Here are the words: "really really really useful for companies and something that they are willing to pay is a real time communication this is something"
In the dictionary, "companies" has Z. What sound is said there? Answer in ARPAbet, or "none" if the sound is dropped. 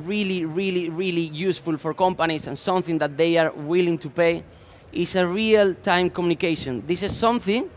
S